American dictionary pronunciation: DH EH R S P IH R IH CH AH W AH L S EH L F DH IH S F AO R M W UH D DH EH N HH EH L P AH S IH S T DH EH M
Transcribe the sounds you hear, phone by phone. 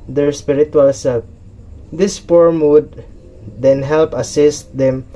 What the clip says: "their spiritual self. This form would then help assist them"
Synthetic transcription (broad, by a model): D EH R S P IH R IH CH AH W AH L S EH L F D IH S P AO R M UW D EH N HH EH L P AH S IH S T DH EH M